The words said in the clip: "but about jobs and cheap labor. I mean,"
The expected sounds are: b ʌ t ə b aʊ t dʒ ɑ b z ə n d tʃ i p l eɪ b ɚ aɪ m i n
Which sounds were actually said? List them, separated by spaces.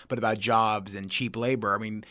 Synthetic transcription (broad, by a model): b ʌ t ə b aʊ t dʒ ɑ b z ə n tʃ i p l eɪ b ɚ aɪ m i n